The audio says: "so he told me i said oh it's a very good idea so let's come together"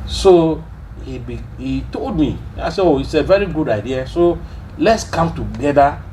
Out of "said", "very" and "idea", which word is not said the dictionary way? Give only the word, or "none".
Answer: said